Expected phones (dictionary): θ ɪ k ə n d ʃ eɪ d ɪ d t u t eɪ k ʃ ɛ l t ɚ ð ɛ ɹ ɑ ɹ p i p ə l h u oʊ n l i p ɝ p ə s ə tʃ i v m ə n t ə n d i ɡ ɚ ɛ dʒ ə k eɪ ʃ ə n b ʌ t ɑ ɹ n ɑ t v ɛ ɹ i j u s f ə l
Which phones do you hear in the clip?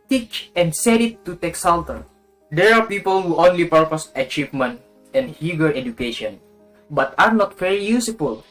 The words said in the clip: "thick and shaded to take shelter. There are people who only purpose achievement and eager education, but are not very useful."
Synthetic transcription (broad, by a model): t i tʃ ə n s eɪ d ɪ t u t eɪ k s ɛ l t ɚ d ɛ ɹ ɑ ɹ p i p ə l h u oʊ n l i p ɝ p ə s ə tʃ i v m ə n t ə n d i ɡ ɚ ɛ dʒ ə k eɪ ʃ ə n b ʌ t ɑ ɹ n ɑ t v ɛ ɹ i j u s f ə l